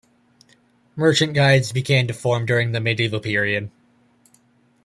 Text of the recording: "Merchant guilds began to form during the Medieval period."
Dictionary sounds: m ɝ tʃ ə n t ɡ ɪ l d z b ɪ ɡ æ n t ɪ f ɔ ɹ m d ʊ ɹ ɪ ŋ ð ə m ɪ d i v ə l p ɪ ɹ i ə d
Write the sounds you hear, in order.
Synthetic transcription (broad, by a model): m ɝ tʃ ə n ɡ ɪ d z b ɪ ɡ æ n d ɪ f ɔ ɹ m d ʊ ɹ ɪ ŋ ð ə m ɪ d i v l p ɪ ɹ i ə d